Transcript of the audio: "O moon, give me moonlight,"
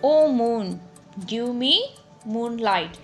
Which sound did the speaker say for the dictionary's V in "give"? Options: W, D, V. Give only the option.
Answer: W